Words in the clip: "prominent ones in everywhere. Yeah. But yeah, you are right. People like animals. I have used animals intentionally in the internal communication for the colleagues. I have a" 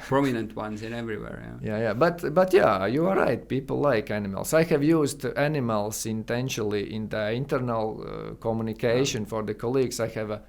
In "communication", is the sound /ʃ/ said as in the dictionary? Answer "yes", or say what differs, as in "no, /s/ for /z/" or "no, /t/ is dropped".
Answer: yes